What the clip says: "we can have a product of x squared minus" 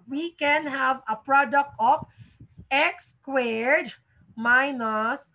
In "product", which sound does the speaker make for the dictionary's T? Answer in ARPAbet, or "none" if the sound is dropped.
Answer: T